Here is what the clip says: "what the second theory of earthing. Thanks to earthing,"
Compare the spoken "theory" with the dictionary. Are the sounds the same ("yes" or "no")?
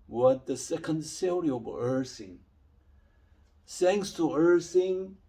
no